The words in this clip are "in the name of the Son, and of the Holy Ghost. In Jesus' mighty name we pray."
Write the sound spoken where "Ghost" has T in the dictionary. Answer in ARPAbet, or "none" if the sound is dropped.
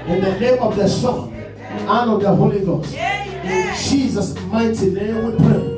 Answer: none